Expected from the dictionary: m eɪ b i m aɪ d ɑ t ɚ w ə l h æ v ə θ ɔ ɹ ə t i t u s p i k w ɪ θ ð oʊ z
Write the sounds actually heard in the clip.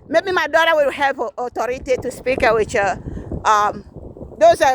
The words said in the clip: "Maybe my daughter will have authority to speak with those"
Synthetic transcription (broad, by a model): m eɪ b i m aɪ d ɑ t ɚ w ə w h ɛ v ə t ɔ ɹ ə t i t u s p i k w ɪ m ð oʊ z